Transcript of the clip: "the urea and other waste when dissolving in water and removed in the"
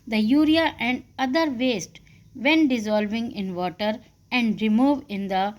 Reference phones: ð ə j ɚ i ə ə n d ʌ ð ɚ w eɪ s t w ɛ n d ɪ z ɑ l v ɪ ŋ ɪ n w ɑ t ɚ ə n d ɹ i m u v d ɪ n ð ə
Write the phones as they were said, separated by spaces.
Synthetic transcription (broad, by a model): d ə j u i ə ə n d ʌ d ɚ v eɪ s t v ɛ n d ɪ z ɑ l v ɪ ŋ ɪ n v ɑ t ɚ ə n d ɹ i m u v ɪ n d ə